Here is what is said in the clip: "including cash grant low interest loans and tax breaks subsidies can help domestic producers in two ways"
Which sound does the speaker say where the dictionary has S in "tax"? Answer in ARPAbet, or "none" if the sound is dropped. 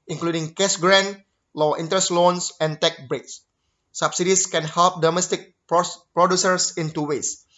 none